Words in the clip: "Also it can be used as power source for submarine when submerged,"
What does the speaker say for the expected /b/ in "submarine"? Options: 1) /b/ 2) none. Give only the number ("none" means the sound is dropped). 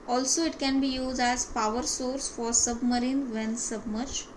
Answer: 1